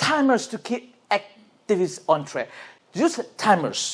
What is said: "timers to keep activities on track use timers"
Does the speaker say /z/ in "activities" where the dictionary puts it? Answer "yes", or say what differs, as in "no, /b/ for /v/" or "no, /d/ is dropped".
no, /s/ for /z/